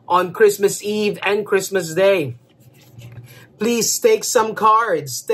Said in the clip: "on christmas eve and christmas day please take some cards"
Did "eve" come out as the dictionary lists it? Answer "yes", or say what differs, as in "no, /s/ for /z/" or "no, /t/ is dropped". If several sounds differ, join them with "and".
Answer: yes